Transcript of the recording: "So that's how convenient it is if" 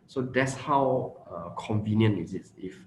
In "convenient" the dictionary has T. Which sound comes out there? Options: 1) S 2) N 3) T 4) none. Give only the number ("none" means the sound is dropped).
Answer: 4